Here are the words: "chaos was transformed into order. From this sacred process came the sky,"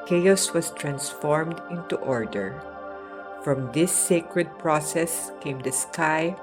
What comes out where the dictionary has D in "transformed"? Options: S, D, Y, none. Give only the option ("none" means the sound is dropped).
D